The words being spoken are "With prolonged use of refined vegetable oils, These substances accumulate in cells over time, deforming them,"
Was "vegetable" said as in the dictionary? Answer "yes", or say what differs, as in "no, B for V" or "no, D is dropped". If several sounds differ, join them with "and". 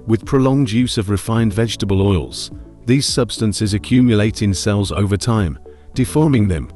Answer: yes